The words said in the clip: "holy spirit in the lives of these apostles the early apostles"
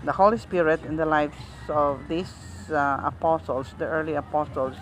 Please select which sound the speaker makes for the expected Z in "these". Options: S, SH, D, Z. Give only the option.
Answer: S